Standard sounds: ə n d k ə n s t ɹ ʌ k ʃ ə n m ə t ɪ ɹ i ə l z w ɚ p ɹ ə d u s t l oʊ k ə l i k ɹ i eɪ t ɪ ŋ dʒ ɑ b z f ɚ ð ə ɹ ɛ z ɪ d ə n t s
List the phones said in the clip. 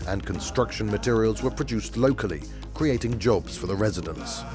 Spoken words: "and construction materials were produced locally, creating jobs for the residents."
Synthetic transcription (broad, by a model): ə n k ə n s t ɹ ʌ k ʃ ə n m ə t ɪ ɹ i ə l z w ɚ p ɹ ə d u s t l oʊ k ə l i k ɹ i eɪ t ɪ ŋ dʒ ɑ b z f ɚ ð ə ɹ ɛ z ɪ d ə n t s